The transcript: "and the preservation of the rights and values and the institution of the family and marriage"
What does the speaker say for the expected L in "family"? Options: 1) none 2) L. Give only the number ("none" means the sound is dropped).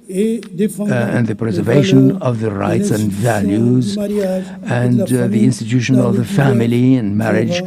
2